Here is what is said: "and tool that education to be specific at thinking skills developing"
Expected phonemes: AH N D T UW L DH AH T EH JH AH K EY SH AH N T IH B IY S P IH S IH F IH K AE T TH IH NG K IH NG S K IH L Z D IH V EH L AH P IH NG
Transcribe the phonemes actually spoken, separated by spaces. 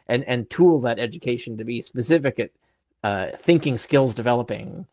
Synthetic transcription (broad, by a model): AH N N T UW L DH AH T EH JH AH K EY SH N T IH B IY S P IH S IH F IH K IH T TH IH NG K IH NG S K IH L Z D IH V EH L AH P IH NG